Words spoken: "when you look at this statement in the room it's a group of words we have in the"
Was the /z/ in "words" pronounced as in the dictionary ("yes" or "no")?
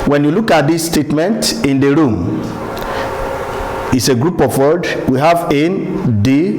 no